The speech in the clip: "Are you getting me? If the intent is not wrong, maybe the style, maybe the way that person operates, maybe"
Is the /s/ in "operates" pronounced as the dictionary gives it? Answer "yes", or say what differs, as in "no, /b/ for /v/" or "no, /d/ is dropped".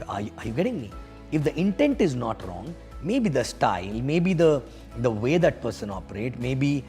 no, /s/ is dropped